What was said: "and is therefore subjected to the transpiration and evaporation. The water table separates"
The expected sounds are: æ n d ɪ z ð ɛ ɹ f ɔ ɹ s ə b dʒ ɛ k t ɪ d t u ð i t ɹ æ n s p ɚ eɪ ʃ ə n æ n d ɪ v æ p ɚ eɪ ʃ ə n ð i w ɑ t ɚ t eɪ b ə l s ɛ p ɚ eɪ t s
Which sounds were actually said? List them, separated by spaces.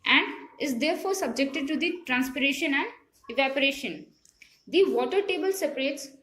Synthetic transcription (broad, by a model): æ n d ɪ z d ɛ ɹ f ɔ ɹ s ə b dʒ ɛ k t ɪ d t u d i t ɹ æ n s p ɚ eɪ ʃ ə n æ n d ɪ v æ p ɚ eɪ ʃ ə n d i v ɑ t ɚ t eɪ b ə l s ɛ p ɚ eɪ t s